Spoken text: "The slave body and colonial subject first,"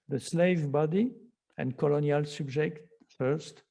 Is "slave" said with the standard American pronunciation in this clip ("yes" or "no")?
yes